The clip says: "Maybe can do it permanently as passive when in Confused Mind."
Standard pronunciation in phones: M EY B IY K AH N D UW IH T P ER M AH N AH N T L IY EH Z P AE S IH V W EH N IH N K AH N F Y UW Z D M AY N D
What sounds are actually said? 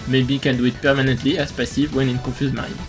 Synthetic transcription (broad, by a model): M EY B IY K AH N D UW IH T P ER M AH N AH N T L IY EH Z P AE S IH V W EH N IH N K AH F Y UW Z M AY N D